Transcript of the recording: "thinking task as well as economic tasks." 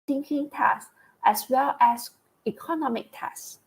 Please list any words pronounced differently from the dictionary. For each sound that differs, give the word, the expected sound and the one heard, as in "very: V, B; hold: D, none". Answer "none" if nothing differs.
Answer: task: K, none; as: Z, S; as: Z, S